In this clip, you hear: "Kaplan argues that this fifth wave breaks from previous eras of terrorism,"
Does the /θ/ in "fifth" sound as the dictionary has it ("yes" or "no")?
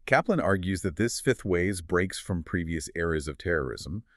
yes